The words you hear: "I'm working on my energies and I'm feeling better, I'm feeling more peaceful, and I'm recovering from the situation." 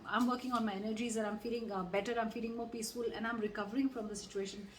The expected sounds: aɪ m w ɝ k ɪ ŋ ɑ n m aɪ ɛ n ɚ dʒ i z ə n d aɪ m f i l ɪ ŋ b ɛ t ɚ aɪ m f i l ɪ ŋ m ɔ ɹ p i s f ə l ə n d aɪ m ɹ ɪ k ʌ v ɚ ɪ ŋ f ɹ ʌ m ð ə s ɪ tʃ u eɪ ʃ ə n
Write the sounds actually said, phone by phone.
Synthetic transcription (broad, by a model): aɪ m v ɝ k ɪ ŋ ɑ n m aɪ ɛ n ɚ dʒ i z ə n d aɪ m f i l ɪ ŋ b ɛ t ɚ aɪ m f i l ɪ ŋ m ɔ ɹ p i s f ə l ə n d aɪ m ɹ ɪ k ʌ v ɚ ɪ ŋ f ɹ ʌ m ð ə s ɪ tʃ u eɪ ʃ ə n